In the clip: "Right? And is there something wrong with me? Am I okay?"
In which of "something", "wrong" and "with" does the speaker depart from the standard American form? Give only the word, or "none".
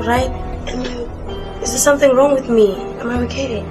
none